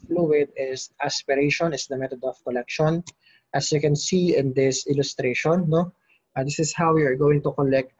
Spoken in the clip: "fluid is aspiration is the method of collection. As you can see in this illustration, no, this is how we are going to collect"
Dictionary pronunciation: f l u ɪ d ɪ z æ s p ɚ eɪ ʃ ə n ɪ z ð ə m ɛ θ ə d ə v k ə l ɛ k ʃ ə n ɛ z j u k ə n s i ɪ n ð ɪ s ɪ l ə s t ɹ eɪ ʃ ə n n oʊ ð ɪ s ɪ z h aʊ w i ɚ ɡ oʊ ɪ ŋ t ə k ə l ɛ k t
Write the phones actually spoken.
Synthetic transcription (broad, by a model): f l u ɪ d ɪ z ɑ s p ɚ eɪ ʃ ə n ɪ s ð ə m ɛ t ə d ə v k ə l ɛ k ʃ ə n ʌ s j u k ə n s i ɪ n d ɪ s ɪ l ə s t ɹ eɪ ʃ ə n n oʊ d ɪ s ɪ s h aʊ w i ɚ ɡ oʊ ɪ ŋ t ə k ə l ɛ k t